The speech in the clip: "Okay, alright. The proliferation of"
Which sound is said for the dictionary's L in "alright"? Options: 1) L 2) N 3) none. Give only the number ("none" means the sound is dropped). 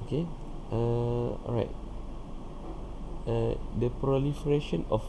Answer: 3